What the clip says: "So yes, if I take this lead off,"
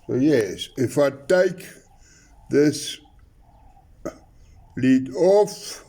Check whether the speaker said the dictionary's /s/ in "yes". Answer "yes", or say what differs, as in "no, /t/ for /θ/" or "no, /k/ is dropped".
yes